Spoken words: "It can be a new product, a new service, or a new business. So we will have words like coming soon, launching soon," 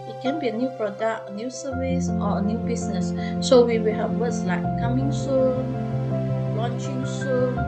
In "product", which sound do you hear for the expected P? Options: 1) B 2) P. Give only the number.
2